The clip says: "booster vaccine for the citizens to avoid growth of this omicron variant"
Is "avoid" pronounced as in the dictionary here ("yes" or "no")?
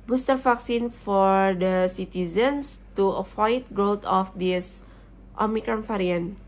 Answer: no